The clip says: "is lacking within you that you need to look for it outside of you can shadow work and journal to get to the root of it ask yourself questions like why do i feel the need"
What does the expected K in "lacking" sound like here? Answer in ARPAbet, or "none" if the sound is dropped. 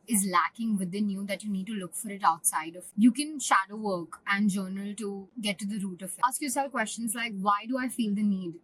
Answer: K